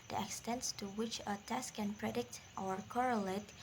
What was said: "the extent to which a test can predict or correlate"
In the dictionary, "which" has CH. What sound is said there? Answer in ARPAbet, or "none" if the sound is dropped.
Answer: CH